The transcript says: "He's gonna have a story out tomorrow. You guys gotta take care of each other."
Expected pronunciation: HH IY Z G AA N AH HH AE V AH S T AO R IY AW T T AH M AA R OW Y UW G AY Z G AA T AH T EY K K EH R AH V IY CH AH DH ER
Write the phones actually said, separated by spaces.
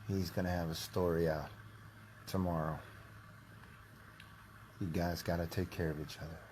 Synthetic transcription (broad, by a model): HH IY Z G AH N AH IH V AH S T AO R IY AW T T AH M AA R OW Y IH G AY Z G AA T AH T EY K K EH R AH V IY CH AH DH ER